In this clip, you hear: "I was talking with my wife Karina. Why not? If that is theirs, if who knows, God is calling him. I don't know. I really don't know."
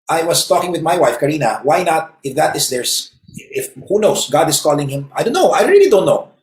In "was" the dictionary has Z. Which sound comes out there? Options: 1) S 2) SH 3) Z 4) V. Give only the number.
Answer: 1